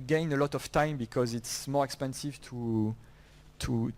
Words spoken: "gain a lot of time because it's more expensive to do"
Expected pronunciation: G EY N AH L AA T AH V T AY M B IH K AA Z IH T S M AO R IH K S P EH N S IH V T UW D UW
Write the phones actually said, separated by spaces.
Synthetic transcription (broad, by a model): G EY N AH L AA T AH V T AY M B IH K AA Z IH T S M AO R IH K S P EH N S IH V T UW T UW